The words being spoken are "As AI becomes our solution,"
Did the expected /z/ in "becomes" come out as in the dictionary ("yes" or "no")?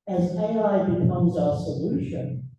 yes